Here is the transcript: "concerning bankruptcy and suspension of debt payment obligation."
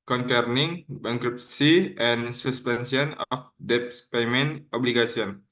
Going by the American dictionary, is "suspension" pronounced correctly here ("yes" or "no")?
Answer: no